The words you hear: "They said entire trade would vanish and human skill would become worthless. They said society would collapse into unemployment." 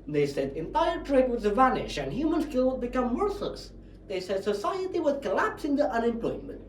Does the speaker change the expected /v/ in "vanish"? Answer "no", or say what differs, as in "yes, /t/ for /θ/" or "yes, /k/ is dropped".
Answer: no